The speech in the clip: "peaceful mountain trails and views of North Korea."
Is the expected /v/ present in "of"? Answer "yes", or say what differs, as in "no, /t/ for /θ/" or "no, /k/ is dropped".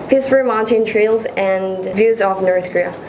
yes